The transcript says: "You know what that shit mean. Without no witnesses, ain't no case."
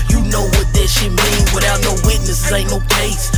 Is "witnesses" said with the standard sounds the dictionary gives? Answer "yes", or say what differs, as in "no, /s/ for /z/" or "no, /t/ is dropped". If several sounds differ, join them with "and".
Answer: no, /z/ is dropped